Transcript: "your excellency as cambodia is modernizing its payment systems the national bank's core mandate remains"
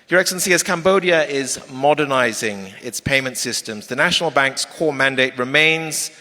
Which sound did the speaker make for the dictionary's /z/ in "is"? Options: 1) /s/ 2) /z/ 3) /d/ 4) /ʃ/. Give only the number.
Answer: 2